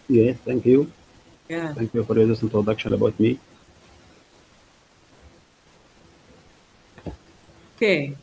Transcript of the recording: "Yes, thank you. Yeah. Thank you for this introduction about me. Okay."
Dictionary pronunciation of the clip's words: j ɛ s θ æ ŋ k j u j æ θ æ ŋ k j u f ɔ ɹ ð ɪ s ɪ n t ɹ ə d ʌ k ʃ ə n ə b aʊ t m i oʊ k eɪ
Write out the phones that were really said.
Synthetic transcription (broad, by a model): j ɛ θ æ ŋ k j u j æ θ æ ŋ k j u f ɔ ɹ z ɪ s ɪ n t ə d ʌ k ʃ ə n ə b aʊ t m i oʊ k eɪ